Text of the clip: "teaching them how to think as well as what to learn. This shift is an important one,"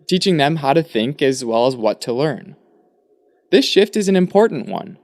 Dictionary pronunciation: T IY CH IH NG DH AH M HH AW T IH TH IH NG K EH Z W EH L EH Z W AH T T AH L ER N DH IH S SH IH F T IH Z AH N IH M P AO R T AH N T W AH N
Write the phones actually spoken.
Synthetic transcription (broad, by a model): T IY CH IH NG DH AH M HH AW T IH TH IH NG K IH Z W EH L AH Z W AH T T AH L ER N DH IH S SH IH F T IH Z N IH M P AO R T N T W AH N